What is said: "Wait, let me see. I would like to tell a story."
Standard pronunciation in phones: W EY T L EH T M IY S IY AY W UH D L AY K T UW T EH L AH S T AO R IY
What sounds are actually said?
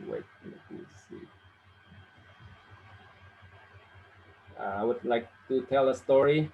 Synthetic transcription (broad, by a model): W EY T N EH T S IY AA AY W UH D L AY K T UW T EH L AH S T AO R IY